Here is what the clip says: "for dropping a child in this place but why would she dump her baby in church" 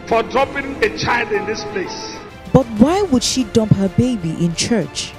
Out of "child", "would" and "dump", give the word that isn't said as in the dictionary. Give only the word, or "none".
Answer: none